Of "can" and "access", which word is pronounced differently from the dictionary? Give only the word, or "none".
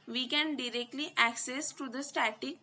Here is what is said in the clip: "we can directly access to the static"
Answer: none